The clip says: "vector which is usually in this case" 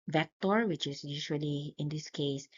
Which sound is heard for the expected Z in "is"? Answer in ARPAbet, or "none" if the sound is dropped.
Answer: S